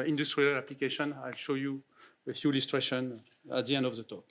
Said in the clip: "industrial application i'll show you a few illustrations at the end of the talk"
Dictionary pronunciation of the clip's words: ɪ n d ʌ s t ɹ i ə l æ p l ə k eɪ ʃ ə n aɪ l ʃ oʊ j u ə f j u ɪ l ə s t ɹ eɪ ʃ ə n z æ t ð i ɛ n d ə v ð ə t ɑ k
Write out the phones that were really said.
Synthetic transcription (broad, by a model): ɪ n d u s t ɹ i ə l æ p l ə k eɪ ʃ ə n aɪ l ʃ oʊ j u ə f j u l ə s t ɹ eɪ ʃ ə n æ t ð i ɛ n d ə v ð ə t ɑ k